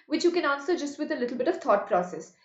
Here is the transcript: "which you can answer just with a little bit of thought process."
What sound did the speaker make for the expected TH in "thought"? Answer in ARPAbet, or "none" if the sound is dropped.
T